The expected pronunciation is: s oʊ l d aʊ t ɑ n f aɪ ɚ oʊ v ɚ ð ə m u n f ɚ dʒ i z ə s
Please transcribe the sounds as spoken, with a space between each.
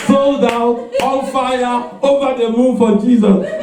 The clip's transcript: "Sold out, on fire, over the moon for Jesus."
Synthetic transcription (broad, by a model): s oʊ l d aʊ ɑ l f aɪ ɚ oʊ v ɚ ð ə m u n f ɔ dʒ i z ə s